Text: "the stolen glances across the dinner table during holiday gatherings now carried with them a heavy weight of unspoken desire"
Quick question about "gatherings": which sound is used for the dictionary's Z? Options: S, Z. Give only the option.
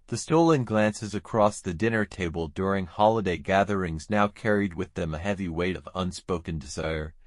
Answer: Z